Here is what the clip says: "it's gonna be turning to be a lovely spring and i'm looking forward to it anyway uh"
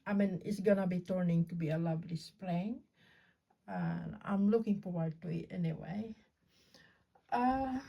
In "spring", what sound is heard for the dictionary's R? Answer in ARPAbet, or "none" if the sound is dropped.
L